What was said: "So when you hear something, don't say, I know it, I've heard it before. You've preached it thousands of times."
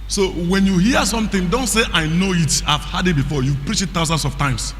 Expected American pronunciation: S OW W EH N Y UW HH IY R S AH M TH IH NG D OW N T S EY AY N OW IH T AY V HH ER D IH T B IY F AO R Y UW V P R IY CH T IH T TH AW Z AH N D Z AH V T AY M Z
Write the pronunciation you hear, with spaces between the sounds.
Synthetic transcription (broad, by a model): S OW W EH N Y UW HH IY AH S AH M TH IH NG D OW N T S EY AY N OW IH T AY V HH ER D IH T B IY F AO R Y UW P R IY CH IH T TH AW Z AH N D S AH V T AY M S